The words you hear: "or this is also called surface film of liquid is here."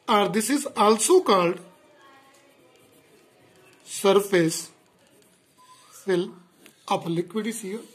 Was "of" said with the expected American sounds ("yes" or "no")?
no